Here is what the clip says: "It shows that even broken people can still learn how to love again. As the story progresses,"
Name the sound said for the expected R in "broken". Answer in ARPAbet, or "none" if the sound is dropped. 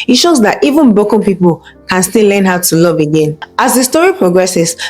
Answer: none